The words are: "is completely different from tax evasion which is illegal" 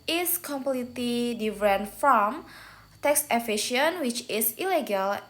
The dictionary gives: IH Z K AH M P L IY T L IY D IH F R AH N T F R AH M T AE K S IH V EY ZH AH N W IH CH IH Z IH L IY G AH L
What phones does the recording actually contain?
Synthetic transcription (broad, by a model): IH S K AH M P L IY T L IY D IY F R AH N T F R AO M T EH K S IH F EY SH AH N W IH CH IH S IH L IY G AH L